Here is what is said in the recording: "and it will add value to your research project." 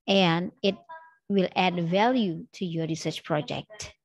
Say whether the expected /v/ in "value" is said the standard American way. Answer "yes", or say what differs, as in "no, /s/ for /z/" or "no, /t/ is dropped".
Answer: yes